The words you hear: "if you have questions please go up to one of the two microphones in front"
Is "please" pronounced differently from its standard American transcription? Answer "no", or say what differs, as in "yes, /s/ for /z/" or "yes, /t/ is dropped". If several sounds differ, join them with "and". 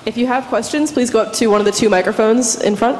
no